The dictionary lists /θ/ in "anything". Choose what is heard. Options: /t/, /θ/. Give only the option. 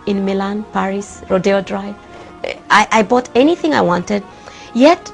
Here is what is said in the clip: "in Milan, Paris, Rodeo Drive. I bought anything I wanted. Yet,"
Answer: /θ/